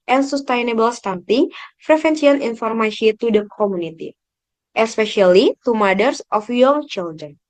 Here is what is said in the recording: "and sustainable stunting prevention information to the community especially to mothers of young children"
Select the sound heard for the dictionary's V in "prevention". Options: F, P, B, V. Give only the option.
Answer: F